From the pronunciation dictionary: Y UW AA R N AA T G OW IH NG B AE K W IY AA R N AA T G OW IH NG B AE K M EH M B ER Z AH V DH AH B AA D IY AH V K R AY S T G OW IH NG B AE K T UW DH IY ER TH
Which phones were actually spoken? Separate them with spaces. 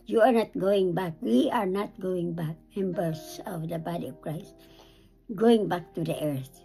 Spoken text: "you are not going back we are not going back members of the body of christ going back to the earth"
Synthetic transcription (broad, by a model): Y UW AA R N AA T G OW IH NG B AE K W IY AA R N AA T G OW IH NG B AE K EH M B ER S AH V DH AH B AA D IY AH V K R AY S T G OW IH NG B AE K T UW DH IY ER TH